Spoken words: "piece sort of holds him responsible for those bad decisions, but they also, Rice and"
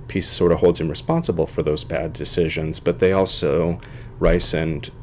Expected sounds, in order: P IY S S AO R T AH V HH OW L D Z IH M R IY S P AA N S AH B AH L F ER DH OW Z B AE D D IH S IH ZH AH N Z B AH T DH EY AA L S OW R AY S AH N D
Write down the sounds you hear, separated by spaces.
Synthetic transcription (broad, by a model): P IY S S AO R T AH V HH OW L D Z IH M R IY S P AA N S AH B L F ER DH OW Z B AE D D IH S IH ZH AH N Z B AH T DH EY AA L S OW R AY S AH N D